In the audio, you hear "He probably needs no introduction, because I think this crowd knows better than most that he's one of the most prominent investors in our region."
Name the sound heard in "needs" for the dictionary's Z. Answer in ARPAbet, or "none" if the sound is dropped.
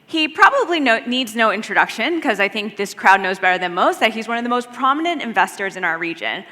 Z